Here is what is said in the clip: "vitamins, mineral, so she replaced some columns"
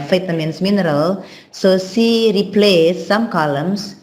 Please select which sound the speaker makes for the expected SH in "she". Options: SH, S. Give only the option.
S